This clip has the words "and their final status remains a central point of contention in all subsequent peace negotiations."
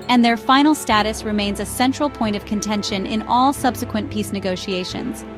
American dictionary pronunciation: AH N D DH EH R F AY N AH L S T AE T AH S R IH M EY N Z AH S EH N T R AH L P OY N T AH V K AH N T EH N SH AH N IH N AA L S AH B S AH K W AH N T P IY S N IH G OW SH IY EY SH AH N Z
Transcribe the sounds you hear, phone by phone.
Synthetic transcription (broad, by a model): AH N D DH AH R F AY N L S T AE T AH S R IH M EY N Z AH S EH N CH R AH L P OY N T AH V K AH N T EH N SH AH N IH N AA L S AH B S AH K W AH N P IY S N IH G OW SH IY EY SH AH N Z